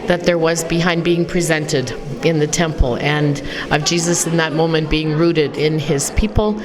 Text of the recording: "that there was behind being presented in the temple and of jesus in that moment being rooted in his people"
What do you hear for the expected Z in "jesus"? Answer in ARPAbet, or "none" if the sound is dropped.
Z